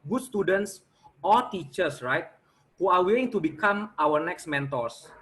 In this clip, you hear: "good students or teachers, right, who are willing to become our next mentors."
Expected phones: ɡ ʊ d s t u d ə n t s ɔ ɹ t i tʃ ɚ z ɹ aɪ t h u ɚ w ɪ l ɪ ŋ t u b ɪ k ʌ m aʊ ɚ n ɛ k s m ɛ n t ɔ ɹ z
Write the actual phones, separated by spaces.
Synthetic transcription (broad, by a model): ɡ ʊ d s t u d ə n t s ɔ l t i tʃ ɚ s ɹ aɪ t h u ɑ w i ɪ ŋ t u b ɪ k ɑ m aʊ ɚ n ɛ k s m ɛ n t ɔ ɹ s